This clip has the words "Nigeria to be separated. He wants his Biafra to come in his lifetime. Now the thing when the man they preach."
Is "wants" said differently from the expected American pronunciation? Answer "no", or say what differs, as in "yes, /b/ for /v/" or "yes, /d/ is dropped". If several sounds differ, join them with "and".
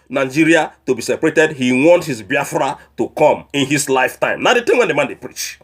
yes, /s/ is dropped